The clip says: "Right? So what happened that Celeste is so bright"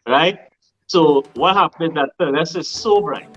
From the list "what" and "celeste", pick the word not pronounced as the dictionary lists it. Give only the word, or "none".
celeste